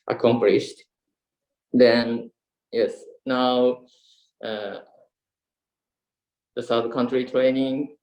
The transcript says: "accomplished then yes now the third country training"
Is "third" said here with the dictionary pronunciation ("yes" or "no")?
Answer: no